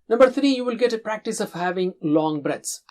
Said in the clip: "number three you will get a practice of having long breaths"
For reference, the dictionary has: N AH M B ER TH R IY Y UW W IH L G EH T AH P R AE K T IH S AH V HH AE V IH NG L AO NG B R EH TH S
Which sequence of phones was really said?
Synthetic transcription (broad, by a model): N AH M B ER T R IY Y UW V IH L G EH T AH P R AE K T IH S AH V HH AE V IH NG L AO NG B R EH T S